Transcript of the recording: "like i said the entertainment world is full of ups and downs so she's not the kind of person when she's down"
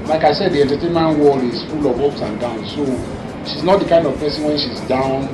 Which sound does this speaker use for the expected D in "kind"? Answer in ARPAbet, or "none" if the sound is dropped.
D